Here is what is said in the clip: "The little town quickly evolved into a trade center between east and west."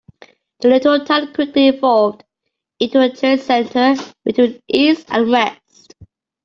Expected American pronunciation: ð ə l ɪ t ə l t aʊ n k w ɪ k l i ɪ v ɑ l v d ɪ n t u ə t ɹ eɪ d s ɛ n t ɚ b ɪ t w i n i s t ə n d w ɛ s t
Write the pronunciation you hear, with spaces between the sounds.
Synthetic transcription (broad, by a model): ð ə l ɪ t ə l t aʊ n k w ɪ k l i ɪ v ɑ l v d ɪ n t u ə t eɪ s ɛ n t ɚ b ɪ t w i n i s t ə n w ɛ s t